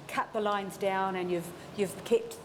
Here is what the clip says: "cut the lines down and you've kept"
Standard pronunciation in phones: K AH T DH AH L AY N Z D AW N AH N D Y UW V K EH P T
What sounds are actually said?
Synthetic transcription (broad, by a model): K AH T DH AH L AY N Z D AW N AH N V Y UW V K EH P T